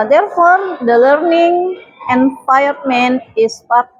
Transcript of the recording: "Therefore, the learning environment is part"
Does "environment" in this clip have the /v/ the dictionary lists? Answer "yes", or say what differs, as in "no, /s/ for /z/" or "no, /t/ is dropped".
no, /f/ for /v/